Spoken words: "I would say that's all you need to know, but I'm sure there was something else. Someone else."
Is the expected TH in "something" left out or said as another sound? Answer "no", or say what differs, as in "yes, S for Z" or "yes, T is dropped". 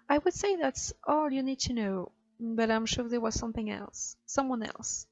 no